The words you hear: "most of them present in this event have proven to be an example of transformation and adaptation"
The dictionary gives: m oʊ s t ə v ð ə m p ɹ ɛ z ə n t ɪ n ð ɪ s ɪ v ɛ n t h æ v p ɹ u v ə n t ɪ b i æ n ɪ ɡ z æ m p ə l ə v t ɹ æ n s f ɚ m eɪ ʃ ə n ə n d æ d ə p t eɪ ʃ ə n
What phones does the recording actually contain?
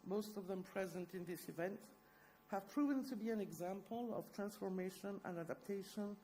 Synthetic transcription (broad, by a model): m oʊ s t ə v ð ə m p ɹ ɛ z ə n t ɪ n ð ɪ s ɪ v ɛ n t h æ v p ɹ u v ə n t ɪ b i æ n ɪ ɡ z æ m p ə l ə v t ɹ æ n s f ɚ m eɪ ʃ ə n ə n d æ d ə p t eɪ ʃ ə n